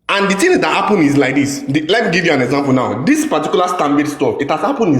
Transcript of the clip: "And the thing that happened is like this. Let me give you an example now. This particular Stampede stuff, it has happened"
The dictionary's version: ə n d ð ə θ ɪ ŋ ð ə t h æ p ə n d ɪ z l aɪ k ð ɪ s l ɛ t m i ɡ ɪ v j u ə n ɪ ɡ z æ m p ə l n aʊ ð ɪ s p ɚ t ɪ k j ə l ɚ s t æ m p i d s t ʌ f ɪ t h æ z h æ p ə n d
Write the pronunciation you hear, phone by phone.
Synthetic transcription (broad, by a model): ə n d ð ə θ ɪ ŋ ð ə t h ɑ p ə n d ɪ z l aɪ k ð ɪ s l ɛ t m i ɡ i v j u ə n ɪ ɡ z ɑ m p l n aʊ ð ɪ s p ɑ t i k j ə l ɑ s t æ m b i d s t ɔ ɪ t h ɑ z h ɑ p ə n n